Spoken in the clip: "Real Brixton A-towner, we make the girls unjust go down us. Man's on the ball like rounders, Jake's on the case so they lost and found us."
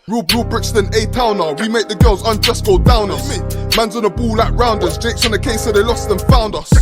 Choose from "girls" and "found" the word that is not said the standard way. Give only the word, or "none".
none